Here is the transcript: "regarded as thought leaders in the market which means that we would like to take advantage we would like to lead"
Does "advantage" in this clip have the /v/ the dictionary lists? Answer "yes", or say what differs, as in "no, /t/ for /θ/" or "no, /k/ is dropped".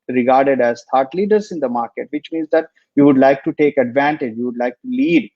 yes